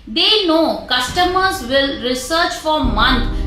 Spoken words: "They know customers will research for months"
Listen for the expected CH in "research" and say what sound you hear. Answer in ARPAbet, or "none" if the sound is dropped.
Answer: CH